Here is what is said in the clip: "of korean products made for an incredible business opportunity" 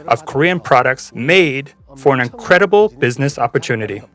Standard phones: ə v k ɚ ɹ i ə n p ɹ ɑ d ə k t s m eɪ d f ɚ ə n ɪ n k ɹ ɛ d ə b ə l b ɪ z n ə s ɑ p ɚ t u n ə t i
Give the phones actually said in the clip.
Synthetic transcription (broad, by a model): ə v k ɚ ɹ i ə n p ɹ ɑ d ə k t s m eɪ d f ɚ ə n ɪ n k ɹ ɛ d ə b l b ɪ z n ə s ɑ p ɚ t u n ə t i